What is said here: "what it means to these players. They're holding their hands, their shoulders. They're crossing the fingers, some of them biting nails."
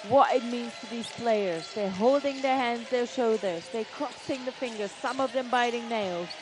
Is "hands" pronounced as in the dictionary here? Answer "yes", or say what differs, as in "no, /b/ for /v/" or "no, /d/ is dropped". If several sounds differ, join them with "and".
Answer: yes